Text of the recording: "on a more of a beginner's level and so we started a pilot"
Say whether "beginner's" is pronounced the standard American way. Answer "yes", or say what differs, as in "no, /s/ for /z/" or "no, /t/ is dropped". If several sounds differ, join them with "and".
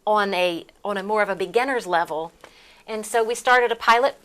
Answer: yes